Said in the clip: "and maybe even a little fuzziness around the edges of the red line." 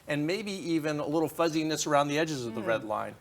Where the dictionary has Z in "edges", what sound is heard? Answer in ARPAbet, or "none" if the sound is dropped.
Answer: Z